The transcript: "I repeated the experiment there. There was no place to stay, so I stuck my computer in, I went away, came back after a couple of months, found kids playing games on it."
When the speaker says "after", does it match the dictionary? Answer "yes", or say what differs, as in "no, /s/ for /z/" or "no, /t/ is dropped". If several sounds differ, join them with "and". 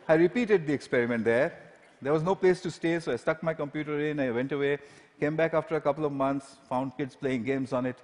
yes